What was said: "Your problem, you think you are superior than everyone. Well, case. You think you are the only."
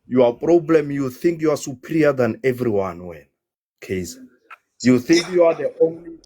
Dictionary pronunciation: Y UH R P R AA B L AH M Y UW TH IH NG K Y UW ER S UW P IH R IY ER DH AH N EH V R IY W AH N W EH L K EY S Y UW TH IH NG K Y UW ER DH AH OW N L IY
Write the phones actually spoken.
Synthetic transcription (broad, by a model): Y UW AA P R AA B L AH M Y UW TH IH NG K Y UW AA S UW P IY R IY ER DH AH N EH V R IY W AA N W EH N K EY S Y UW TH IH NG K Y UW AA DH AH OW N L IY